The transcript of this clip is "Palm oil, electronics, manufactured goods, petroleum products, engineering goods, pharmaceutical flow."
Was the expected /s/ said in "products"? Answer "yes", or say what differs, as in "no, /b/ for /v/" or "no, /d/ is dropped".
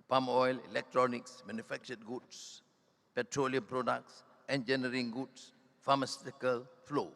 yes